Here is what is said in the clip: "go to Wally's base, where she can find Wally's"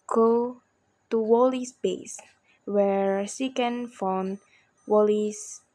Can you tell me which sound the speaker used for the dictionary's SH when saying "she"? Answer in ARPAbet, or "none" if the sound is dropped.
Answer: S